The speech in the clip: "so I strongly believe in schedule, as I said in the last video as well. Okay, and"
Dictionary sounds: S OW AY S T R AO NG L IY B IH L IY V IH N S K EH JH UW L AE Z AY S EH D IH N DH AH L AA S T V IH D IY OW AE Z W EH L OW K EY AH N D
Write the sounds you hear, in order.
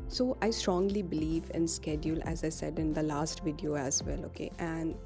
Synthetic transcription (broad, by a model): S OW AY S T R AO NG L IY B IH L IY V IH N S K EH JH UW L AE Z AY S EH D IH N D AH L AA S T V IH D IY OW AE Z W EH L OW K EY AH N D